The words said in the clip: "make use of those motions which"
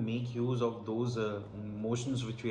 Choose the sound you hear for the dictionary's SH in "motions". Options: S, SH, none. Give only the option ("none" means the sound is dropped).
SH